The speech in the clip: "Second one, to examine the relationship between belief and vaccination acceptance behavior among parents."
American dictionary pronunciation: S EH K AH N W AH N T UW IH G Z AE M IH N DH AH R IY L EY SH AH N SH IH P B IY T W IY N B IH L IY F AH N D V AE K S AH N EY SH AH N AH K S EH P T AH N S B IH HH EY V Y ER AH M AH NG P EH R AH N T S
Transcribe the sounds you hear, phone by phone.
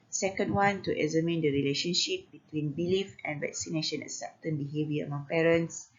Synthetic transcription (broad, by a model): S EH K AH N W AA N T UW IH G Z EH M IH N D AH R IY L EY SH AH N SH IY P B IY T W IY N B IH L IY F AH N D V AE K S AH N EY SH AH N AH S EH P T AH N B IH HH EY V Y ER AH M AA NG P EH R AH N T S